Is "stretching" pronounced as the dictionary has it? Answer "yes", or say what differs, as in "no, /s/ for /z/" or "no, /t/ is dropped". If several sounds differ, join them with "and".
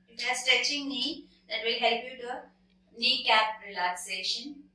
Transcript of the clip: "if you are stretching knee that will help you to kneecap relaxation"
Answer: no, /ɹ/ is dropped